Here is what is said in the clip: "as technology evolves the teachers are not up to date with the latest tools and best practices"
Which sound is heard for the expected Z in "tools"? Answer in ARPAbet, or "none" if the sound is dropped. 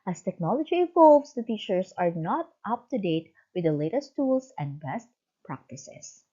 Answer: S